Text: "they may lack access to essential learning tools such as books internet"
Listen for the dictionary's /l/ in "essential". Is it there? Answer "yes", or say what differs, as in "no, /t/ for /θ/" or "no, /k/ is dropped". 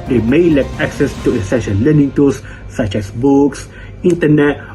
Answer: no, /n/ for /l/